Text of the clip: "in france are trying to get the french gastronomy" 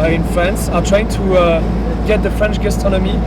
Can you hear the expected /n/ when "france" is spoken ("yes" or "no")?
yes